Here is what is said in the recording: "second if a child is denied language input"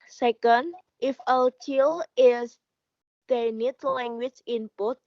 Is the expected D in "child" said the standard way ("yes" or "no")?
no